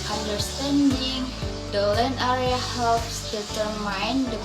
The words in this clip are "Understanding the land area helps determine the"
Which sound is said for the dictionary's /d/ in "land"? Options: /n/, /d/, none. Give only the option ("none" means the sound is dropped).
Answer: none